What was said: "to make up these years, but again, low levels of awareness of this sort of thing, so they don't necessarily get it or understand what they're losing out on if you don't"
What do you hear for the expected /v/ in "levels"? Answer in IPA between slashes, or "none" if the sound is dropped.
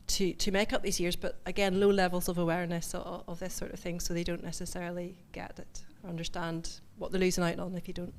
/v/